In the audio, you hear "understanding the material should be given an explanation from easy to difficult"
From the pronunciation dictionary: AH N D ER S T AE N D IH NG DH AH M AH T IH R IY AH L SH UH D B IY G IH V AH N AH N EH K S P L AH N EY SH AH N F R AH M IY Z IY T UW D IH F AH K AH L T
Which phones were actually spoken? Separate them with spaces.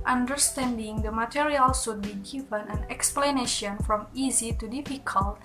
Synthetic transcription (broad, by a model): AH N D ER S T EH N D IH NG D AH M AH T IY R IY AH L S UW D B IY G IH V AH N AH N EH K S P L AH N EY SH AH N F R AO M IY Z IY T UW D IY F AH K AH L T